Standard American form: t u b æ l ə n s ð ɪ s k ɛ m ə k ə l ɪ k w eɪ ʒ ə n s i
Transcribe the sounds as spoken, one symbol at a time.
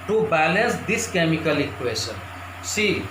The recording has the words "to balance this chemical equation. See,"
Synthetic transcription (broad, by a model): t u b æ l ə n s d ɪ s k ɛ m ə k ə l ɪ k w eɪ s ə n s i